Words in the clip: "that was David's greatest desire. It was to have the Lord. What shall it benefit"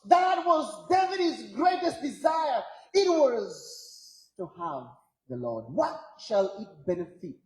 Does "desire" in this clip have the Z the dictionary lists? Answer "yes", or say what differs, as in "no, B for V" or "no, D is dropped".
yes